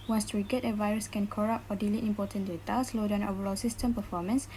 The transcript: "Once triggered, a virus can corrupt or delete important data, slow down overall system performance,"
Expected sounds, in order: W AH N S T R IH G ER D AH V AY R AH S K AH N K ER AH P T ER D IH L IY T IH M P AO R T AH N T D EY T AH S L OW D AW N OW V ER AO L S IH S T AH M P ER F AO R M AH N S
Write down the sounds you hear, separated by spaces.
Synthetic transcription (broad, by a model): W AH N S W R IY G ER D AH V AY R AH S K AH N K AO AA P AO D IH L IY T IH M P AO T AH N D EY T AH S L OW D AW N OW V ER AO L S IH S T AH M P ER F AO M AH N S